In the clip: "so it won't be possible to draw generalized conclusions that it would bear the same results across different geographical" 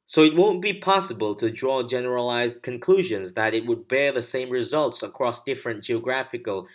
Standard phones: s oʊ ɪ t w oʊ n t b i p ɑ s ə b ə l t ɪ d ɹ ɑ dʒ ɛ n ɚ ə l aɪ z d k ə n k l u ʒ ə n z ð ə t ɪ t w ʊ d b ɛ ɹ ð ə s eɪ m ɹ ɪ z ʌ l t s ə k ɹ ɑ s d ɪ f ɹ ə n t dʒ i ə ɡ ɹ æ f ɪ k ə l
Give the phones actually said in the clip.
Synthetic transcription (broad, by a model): s oʊ ɪ t w oʊ n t b i p ɑ s ə b ə l t ɪ d ɹ ɑ dʒ ɛ n ɚ ə l aɪ z d k ə n k l u ʒ ə n z ð ə t ɪ t w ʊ d b ɛ ɹ ð ə s eɪ m ɹ ɪ z ʌ l t s ə k ɹ ɑ s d ɪ f ɹ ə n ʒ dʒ i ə ɡ ɹ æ f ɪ k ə l